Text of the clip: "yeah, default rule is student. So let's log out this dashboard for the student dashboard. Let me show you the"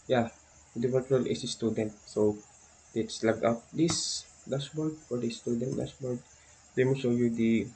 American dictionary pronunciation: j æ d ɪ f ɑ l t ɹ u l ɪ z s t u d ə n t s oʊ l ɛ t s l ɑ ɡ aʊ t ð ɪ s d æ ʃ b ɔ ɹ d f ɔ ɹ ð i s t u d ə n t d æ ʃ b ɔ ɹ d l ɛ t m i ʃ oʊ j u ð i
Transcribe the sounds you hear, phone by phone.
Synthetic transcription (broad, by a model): j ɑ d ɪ p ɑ t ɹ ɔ l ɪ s s t u d ə n t s oʊ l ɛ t s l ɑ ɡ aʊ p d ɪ s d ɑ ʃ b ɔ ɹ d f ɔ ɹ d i s t u d ə n t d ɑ s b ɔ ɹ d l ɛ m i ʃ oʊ j u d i